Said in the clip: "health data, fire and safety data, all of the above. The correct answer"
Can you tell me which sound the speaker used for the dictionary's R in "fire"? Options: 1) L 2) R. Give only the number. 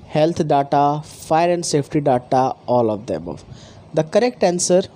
2